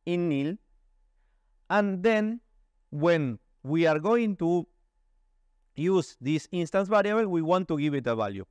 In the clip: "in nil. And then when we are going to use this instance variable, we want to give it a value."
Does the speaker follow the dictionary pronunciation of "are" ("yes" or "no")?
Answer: yes